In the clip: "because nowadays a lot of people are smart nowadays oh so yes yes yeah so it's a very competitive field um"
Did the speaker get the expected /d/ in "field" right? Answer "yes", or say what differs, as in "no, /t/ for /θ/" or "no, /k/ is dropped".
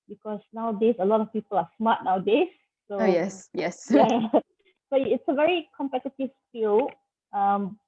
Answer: no, /d/ is dropped